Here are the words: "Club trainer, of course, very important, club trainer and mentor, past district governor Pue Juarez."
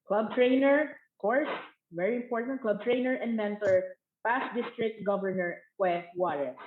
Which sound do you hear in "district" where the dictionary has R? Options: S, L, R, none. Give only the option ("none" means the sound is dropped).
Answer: R